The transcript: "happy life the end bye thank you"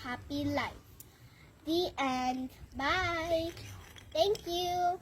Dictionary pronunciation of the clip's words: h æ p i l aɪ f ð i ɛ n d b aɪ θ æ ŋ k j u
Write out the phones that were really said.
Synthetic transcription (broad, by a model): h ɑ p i l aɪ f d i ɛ n b aɪ t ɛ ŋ k j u